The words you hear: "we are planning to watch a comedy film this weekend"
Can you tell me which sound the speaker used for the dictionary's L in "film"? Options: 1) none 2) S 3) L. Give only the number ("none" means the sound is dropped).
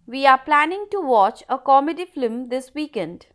1